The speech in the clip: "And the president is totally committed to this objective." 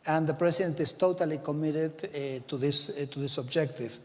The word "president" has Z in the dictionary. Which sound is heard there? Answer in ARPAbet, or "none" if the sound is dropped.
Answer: S